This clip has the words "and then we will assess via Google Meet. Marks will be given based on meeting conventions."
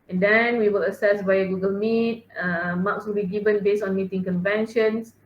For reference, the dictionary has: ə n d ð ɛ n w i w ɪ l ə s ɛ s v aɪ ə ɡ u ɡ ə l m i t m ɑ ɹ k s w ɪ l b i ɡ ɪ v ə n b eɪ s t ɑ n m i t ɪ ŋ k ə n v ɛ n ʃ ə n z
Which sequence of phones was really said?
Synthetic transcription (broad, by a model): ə n d ɛ n w i w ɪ l ə s ɛ s b aɪ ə ɡ u ɡ ə l m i t m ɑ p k s w ɪ l b i ɡ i v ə n b eɪ s ɑ n m i t ɪ ŋ k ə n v ɛ n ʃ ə n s